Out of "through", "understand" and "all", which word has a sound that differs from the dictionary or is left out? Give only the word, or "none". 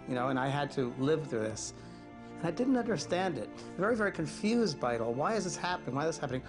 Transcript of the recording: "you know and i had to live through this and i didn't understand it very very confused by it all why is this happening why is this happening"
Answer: none